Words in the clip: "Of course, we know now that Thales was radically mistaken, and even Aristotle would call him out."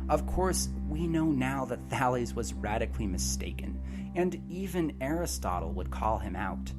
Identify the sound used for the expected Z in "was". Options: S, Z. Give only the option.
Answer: Z